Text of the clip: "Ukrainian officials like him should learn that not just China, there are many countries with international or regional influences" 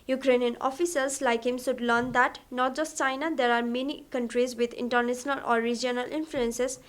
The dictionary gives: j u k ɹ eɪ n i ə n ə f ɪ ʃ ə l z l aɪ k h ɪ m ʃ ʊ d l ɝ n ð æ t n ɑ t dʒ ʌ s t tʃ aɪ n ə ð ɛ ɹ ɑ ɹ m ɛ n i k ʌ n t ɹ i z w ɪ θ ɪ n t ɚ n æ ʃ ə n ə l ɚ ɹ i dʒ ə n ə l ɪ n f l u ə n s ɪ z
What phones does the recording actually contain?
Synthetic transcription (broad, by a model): j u k ɹ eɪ n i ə n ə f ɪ s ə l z l aɪ k h ɪ m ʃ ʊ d l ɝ n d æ t n ɑ t dʒ ʌ s t tʃ aɪ n ə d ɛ ɹ ɑ ɹ m ɛ n i k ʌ n t ɹ i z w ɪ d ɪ n t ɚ n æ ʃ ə n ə l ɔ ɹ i dʒ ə n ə l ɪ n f l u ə n s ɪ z